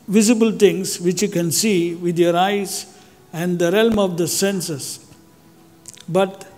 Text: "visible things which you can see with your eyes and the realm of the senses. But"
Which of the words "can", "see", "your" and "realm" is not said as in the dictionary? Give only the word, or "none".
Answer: none